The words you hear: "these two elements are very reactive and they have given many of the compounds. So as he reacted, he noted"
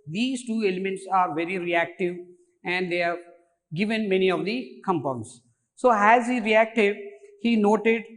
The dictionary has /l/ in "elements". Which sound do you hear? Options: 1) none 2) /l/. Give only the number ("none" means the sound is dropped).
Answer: 2